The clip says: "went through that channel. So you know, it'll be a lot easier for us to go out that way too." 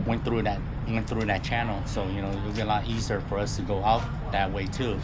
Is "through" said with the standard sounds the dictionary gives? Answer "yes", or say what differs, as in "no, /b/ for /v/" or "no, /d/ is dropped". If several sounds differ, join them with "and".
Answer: yes